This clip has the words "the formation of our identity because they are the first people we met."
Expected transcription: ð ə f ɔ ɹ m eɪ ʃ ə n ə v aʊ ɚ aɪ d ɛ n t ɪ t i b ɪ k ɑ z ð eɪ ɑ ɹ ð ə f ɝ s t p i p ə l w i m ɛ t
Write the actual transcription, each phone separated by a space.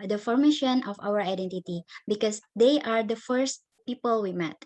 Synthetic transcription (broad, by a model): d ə f ɔ ɹ m eɪ ʃ ə n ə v aʊ ɚ aɪ d ɛ n t ɪ t i b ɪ k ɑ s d eɪ ɑ ɹ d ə f ɝ s t p i p ə l w i m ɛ t